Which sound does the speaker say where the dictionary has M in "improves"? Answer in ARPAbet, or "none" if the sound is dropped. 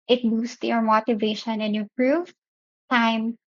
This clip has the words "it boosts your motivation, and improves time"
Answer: none